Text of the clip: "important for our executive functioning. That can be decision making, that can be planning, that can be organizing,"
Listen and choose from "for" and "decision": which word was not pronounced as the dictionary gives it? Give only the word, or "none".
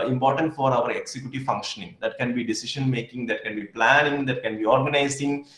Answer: decision